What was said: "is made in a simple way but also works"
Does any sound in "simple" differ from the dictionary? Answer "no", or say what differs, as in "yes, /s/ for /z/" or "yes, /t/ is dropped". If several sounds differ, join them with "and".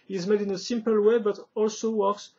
no